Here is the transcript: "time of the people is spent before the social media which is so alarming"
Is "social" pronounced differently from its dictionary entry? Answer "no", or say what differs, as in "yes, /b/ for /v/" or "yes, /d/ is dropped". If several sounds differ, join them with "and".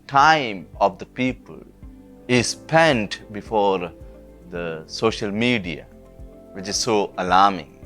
no